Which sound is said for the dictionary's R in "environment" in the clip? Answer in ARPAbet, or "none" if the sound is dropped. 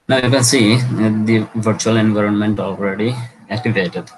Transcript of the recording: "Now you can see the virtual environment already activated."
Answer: R